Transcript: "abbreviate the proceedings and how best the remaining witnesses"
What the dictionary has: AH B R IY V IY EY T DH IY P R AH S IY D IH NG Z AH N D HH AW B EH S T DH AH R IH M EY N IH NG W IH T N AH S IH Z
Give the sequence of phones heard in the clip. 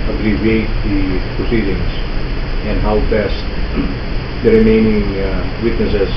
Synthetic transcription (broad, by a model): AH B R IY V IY EY T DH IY P R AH S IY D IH NG S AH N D HH AW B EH S T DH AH R IH M EY N IH NG W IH T N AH S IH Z